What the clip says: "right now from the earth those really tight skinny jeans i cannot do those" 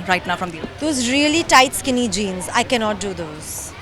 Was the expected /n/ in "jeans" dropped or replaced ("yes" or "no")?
no